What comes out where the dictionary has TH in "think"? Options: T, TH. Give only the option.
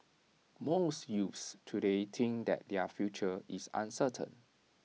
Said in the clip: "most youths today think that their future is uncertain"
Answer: T